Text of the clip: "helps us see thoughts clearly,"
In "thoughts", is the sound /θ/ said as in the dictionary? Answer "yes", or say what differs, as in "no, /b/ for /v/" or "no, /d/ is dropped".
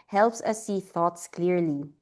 yes